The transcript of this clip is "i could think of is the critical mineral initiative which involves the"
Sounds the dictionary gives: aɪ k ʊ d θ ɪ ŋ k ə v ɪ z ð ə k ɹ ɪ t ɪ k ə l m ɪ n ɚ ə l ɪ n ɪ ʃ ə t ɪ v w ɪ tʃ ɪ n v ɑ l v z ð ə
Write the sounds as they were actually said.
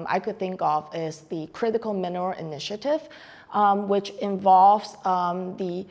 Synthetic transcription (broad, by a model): aɪ k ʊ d θ ɪ ŋ k ə v ɪ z ð ə k ɹ ɪ t ɪ k ə l m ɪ n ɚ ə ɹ ɪ n ɪ ʃ ə t ɪ v w ɪ tʃ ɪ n v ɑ l v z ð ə